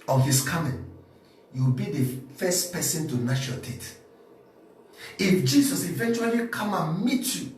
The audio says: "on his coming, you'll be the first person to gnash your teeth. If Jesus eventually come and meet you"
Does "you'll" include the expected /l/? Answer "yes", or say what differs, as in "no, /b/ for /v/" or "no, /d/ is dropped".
no, /w/ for /l/